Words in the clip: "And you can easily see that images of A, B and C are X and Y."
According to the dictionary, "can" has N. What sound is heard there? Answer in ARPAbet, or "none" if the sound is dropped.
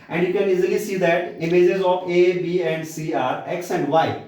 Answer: N